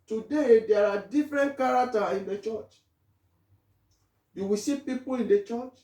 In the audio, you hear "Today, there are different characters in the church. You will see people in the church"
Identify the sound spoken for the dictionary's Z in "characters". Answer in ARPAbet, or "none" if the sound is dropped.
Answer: none